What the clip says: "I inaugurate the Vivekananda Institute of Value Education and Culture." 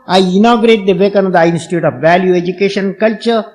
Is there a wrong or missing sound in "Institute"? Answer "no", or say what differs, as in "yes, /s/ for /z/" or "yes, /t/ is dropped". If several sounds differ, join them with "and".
no